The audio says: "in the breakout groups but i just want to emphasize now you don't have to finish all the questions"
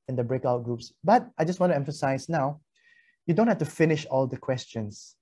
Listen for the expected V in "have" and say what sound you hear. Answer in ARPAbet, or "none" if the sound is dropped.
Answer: F